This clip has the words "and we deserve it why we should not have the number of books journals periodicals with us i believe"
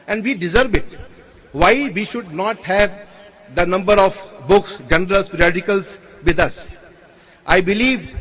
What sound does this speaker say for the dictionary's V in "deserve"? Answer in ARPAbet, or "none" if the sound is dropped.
B